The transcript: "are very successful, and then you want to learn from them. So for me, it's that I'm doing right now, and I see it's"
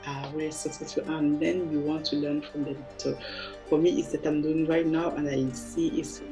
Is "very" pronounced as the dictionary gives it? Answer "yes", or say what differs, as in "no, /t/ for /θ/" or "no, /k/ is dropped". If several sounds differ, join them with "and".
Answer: no, /w/ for /v/